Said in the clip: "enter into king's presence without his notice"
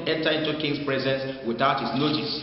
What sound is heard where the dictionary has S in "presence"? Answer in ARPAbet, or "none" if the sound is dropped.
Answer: S